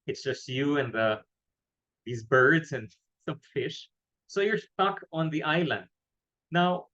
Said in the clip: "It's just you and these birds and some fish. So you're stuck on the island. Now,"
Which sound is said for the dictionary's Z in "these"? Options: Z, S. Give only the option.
Z